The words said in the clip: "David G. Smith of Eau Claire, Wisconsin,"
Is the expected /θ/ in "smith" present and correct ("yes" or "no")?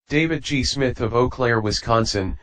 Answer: yes